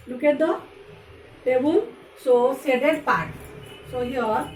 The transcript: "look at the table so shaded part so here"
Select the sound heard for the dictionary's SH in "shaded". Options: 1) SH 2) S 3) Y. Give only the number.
2